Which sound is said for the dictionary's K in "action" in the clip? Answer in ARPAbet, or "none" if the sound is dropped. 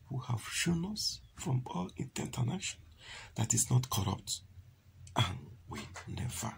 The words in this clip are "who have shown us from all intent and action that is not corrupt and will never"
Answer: none